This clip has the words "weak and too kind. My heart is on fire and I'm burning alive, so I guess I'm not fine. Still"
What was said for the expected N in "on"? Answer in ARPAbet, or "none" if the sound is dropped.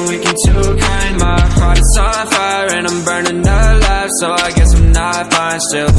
L